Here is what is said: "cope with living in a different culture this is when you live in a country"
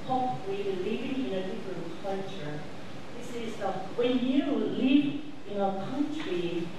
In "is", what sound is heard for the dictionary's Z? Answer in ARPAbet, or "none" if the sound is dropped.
Z